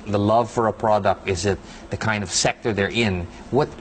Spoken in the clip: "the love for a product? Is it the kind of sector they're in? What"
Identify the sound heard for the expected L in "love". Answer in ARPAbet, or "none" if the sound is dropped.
L